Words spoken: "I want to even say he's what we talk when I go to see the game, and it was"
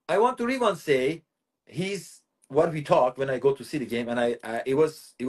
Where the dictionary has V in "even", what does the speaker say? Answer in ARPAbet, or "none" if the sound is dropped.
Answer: W